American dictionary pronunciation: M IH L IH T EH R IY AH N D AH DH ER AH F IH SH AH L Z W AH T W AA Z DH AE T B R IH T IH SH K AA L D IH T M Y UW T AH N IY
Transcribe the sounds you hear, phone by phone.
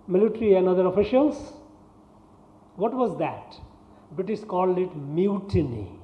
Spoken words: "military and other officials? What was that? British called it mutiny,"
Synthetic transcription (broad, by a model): M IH L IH T R IY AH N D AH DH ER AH F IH SH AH L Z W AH T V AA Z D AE T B IH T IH S K AA L D IH T M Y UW T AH N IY